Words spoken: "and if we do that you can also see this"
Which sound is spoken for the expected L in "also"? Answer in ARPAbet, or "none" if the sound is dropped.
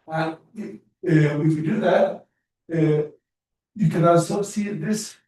none